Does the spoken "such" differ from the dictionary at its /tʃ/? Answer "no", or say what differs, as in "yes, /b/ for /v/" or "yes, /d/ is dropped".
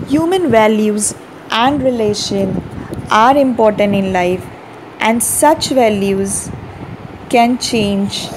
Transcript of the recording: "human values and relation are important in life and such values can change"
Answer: no